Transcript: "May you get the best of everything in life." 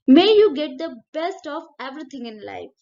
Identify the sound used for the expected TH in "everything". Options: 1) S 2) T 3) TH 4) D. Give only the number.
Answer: 2